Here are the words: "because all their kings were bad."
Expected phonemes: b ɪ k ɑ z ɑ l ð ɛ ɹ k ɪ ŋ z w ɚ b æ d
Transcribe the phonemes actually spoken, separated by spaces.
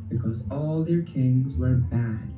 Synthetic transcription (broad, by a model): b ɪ k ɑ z ɑ l ð ɛ ɹ k ɪ ŋ z w ɚ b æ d